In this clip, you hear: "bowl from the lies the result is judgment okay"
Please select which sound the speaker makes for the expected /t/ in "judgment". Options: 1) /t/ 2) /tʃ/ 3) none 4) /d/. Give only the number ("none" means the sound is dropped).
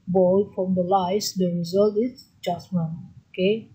3